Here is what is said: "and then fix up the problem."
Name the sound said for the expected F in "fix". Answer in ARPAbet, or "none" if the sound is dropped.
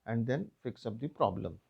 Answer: F